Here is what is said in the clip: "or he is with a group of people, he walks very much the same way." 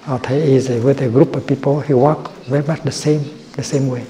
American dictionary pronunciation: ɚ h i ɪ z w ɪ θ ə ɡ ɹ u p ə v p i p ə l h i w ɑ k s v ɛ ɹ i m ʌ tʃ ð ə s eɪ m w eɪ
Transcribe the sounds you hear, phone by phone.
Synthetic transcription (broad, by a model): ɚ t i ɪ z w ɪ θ ə ɡ ɹ u p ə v p i p ə l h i w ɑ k v ɛ ɹ i m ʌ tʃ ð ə s eɪ m w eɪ